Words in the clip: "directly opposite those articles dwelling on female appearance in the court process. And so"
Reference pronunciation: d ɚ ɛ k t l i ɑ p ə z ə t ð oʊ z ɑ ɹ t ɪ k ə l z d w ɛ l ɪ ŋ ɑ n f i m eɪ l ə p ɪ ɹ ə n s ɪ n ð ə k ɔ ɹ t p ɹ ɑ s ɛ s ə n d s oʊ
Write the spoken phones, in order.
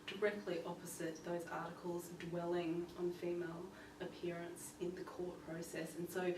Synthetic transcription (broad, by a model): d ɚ ɛ k t l i ɑ p ə z ə t ð oʊ z ɑ ɹ t ɪ k ə l z d w ɛ l ɪ ŋ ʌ n f i m eɪ l ə p ɪ ɹ ə n s ɪ n ð ə k ɔ ɹ t p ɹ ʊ s ɛ s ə n s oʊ